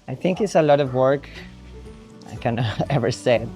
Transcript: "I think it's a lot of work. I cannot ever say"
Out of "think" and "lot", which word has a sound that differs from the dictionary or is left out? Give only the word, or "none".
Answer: none